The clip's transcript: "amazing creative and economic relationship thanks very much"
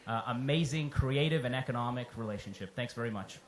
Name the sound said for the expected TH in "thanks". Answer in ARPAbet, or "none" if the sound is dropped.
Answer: TH